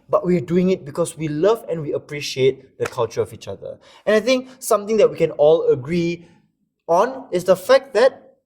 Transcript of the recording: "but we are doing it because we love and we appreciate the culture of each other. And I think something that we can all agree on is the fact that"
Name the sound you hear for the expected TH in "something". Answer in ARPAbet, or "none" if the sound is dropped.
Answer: T